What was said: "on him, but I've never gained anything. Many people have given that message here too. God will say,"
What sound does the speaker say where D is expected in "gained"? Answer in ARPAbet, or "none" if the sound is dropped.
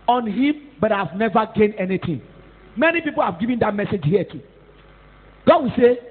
none